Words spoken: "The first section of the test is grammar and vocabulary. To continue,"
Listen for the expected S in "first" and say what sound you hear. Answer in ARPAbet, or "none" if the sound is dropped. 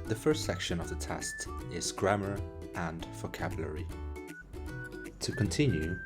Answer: S